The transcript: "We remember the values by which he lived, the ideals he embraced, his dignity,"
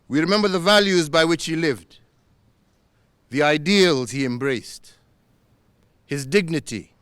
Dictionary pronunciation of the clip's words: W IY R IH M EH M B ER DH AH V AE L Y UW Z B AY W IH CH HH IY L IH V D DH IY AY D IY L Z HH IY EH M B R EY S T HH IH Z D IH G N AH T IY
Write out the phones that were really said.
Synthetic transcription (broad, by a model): W IY R IH M EH M B ER DH AH V AE L Y UW Z B AY W IH CH HH IY L IH V D DH IY AY D IY L Z HH IY EH M B R EY S T HH IH Z D IH G N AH T IY